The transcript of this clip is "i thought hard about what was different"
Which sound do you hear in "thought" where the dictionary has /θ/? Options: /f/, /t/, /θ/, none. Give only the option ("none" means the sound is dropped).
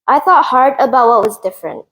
/θ/